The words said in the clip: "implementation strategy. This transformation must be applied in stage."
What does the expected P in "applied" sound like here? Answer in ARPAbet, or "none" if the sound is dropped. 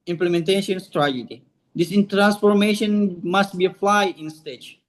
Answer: F